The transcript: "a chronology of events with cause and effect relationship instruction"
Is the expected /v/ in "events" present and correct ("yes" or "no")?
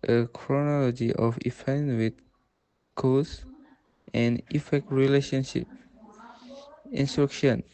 no